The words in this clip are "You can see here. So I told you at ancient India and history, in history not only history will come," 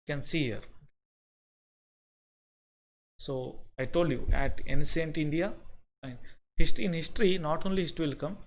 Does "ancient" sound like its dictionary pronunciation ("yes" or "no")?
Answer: no